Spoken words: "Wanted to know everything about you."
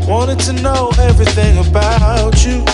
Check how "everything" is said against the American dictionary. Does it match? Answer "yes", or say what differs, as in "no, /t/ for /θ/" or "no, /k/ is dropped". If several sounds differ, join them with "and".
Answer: yes